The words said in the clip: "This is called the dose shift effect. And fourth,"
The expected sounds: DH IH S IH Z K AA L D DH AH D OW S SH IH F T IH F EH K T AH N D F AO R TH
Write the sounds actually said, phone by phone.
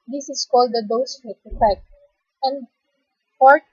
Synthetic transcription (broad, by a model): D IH S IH S K AA L D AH D OW S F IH T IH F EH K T AH N D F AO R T